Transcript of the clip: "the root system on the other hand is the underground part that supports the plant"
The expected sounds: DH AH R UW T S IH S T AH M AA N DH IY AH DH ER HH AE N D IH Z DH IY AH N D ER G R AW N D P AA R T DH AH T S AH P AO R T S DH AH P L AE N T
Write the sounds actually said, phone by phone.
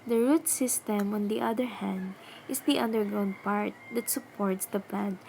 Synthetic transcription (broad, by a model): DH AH R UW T S IH S T AH M AA N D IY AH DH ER HH AE N D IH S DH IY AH N D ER G AO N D P AA R T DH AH T S AH P AO R T S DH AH P L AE N